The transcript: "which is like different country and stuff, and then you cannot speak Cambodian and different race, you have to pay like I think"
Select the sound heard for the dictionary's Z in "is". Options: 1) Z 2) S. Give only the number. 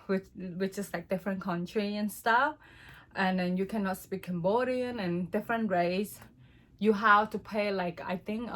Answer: 2